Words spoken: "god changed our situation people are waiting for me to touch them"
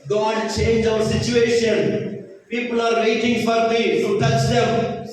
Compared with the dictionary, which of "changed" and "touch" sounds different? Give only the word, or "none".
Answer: changed